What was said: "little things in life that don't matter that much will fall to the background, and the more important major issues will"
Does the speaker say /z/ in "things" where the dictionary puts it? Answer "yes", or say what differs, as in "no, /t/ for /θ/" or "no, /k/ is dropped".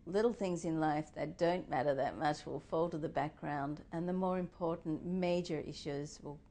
yes